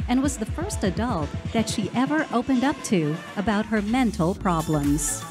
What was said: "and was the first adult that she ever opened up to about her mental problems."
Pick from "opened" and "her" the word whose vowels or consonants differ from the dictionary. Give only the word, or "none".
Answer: none